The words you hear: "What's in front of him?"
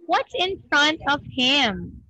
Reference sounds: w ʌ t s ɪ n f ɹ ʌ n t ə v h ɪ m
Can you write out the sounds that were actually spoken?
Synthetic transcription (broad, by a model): w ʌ t s ɪ n f ɹ ʌ n t ə v h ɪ m